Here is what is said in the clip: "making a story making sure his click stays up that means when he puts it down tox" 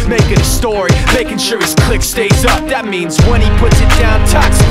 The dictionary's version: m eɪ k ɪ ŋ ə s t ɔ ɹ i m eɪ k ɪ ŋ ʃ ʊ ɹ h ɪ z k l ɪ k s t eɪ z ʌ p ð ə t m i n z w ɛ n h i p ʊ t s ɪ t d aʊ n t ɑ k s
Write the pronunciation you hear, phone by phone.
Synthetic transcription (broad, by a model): m eɪ k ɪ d ə s t ɔ ɹ i m eɪ k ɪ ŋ ʃ ʊ ɹ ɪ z k l ɪ k s t eɪ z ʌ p ð ə t m i n z w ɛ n i p ʊ t s ɪ t d aʊ n t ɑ k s